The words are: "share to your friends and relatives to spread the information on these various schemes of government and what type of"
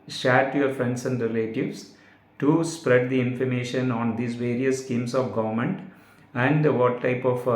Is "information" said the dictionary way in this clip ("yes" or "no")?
yes